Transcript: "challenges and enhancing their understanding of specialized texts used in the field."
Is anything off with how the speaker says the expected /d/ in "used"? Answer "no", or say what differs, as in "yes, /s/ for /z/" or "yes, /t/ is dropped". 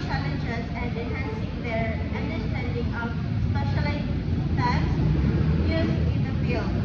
yes, /d/ is dropped